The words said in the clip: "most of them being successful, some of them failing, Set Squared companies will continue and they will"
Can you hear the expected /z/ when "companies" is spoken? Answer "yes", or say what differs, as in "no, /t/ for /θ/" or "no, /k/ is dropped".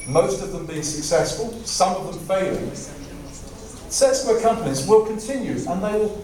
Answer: yes